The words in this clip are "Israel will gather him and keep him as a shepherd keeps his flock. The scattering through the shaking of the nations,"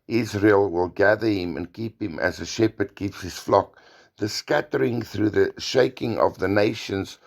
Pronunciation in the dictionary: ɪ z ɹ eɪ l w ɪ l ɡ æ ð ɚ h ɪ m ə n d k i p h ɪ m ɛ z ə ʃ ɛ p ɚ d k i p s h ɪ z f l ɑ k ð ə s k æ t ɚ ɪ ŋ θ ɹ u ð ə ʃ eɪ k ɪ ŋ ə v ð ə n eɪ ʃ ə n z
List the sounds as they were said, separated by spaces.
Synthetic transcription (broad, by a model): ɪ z ɹ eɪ l w ɪ l ɡ æ ð ɚ h ɪ m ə n k i p h ɪ m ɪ z ə ʃ ɛ p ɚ d k i p s h ɪ z f l ɑ k ð ə s k æ t ɚ ɪ ŋ θ ɹ u ð ə ʃ eɪ k ɪ ŋ ə v ð ə n eɪ ʃ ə n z